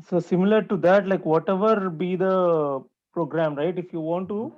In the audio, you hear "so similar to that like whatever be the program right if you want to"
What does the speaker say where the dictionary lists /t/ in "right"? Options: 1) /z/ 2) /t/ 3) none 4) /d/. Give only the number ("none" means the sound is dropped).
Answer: 2